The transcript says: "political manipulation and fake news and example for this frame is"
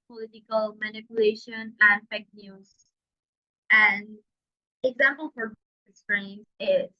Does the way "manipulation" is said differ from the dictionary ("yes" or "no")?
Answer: no